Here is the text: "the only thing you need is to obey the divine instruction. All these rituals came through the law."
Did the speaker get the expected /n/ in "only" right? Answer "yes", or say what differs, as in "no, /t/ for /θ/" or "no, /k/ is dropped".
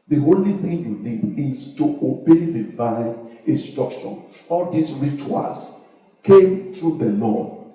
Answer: no, /n/ is dropped